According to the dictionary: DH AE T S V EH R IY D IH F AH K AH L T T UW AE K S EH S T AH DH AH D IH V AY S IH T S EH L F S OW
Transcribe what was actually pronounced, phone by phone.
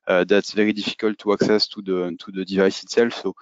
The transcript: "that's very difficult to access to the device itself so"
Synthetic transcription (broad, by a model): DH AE T S V EH R IY D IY F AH K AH L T T UW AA K S EH S T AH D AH D IH V AY S IH T S EH L F S OW